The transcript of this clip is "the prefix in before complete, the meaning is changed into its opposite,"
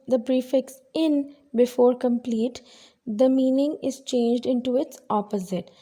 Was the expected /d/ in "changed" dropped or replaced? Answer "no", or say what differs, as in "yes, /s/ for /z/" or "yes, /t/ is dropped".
no